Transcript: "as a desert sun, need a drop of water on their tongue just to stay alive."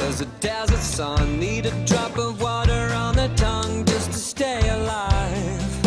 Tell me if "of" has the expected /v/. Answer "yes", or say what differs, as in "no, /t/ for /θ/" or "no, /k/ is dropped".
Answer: yes